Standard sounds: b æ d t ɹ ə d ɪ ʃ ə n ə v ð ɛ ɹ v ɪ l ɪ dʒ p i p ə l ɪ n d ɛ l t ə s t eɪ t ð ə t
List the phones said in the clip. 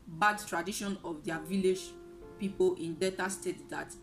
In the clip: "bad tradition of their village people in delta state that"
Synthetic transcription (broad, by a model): b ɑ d t ɹ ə d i ʃ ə n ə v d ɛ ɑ v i l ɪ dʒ p i p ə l ɪ n d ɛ t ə s t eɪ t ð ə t